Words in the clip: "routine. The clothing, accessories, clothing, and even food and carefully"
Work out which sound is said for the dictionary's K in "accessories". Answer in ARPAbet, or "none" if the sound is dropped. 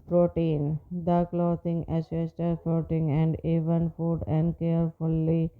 none